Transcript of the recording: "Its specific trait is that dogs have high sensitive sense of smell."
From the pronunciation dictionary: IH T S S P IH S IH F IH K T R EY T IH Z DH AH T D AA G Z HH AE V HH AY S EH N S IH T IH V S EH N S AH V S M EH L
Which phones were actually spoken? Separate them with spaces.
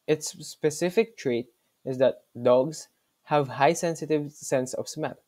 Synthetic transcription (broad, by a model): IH T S S P IH S IH F IH K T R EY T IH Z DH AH T D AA G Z HH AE V HH AY S EH N S IH T IH V S EH N S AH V S M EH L